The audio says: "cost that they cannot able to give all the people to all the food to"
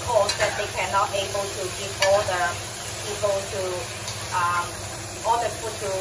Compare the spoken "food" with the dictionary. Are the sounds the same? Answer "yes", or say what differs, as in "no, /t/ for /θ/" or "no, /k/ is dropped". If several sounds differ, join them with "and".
no, /p/ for /f/